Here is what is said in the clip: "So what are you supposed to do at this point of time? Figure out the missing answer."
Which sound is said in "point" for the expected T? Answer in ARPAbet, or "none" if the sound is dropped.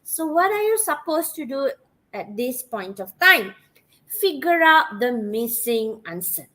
T